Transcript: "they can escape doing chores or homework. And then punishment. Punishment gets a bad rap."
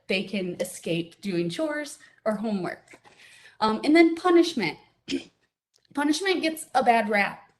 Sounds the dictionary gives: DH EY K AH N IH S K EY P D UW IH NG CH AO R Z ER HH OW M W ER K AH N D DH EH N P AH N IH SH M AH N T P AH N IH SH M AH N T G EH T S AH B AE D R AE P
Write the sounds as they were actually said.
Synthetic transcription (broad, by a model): DH EY K AH N IH S K EY P D UW IH NG CH AO R Z ER HH OW M W ER K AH N DH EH N P AH N IH SH M AH N T P AH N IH SH M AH N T G EH T S AH B AE D R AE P